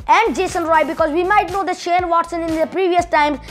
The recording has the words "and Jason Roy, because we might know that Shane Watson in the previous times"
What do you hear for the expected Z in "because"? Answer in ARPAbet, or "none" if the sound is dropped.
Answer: Z